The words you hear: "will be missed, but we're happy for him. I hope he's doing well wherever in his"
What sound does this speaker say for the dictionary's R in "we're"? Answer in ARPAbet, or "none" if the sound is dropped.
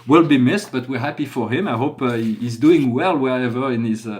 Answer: R